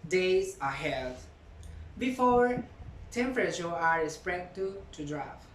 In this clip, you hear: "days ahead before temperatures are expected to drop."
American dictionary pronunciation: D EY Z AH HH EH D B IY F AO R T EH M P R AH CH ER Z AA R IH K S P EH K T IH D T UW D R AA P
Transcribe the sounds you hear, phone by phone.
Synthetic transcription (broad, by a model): D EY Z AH HH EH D B IY F AO R T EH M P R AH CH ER AA R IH S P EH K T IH T UW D R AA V